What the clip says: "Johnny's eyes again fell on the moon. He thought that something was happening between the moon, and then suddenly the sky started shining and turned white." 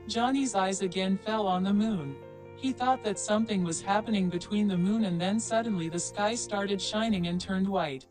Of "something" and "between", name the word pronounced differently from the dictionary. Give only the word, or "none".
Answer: none